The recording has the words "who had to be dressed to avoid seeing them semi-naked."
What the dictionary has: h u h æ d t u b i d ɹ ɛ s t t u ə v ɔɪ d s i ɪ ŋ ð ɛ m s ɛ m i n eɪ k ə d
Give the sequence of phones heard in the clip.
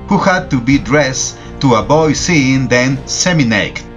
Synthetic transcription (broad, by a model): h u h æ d t u b i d ɹ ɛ s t t u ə b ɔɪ s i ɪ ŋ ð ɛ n s ɛ m i n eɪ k